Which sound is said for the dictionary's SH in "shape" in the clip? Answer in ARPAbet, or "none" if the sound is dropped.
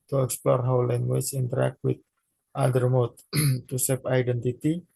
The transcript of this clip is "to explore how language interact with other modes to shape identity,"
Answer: S